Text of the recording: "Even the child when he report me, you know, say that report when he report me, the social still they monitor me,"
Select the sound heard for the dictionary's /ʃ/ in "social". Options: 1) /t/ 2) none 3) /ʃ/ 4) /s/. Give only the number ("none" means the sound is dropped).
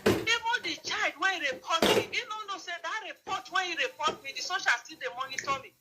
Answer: 3